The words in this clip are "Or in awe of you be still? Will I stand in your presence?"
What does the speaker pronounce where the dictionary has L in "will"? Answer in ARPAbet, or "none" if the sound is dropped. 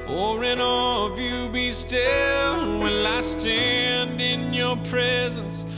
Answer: N